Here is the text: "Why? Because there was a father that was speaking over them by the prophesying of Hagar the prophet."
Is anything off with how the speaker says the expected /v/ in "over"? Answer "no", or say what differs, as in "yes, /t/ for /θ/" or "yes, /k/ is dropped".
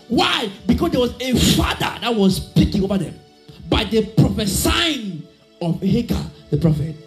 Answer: yes, /b/ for /v/